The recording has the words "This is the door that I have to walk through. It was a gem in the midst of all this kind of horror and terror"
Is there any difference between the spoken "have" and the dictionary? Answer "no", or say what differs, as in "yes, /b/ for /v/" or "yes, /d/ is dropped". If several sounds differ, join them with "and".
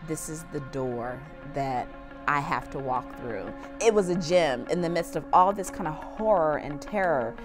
yes, /f/ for /v/